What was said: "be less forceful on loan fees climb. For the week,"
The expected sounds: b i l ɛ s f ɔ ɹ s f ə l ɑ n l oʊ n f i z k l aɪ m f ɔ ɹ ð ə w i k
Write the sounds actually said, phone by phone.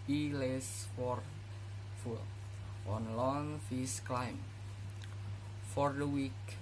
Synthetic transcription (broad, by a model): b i l ɛ s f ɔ ɹ f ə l ɑ n l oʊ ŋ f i s k l aɪ m f ɔ ɹ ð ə w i k